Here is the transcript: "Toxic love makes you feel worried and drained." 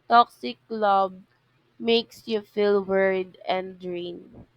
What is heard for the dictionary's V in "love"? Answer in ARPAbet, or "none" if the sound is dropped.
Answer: B